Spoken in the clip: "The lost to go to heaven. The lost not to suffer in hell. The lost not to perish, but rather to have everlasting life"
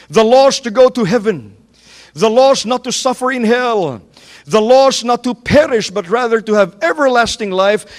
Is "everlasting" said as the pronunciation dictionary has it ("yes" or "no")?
yes